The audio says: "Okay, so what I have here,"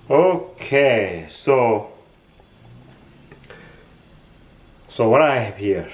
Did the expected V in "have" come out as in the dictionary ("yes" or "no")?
no